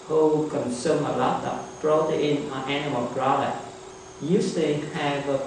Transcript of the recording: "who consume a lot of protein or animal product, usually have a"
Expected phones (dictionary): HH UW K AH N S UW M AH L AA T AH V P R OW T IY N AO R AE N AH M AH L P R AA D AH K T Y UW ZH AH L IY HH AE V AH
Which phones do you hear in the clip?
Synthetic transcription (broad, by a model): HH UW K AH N S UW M AH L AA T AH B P R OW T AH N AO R AE N AH M AH L B R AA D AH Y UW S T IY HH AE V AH